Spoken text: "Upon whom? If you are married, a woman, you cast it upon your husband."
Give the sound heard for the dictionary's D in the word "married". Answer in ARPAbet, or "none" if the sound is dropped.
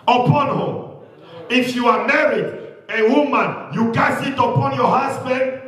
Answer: D